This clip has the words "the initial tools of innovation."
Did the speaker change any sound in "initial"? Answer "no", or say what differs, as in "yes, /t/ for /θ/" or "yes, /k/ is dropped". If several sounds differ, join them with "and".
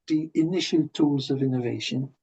no